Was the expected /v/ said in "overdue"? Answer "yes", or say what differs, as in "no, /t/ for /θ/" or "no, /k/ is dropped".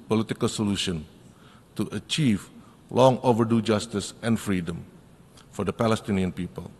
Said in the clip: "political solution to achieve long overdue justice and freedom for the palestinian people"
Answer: yes